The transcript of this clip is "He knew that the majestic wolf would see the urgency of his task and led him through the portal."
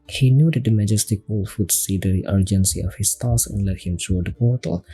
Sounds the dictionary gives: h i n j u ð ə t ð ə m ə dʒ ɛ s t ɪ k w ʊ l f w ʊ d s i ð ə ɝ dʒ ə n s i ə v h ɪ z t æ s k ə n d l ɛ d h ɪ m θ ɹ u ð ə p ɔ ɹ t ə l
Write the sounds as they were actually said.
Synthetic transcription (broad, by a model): h i n j u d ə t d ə m ə dʒ ɛ s t ɪ k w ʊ l f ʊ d s i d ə ɝ dʒ ə n s i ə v h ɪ s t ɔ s ə n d l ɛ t h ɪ m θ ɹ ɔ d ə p ɔ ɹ t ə l